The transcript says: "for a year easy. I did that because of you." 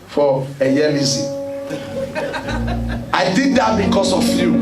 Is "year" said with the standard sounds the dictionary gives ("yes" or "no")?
no